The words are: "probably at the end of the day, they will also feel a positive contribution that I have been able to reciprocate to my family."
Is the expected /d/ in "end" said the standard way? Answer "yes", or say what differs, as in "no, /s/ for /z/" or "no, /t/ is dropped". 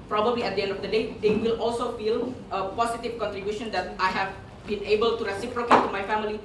yes